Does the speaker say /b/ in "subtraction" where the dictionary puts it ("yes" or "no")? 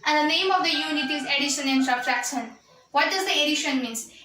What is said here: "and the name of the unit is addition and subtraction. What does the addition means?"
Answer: no